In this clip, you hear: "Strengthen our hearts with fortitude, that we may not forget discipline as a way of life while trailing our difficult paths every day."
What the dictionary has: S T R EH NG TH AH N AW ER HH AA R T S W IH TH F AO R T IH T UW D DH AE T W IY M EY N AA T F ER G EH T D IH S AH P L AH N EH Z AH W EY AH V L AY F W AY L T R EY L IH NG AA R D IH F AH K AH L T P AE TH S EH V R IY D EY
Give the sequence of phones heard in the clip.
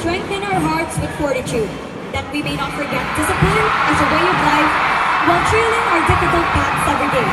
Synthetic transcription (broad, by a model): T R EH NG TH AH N AW ER HH AA R T S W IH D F AO R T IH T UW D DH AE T W IY M EY N AA T F ER G EH T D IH S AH P AH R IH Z AH W EY AH V L AY F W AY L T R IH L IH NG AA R D IH F AH K AH L T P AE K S EH V R IY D EY